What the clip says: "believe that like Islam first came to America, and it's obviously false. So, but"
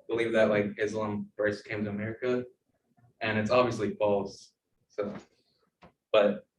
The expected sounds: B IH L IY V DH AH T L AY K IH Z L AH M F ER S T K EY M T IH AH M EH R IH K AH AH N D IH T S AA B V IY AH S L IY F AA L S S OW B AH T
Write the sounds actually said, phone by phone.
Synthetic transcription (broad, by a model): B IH L IY V DH AH T L AY K IH Z L AH M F ER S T K EY M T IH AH M EH R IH K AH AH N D IH T S AA B V IY AH S L IY F AA L S S OW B AH T